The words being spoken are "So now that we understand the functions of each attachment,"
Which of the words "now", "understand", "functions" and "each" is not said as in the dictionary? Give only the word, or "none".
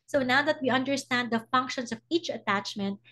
functions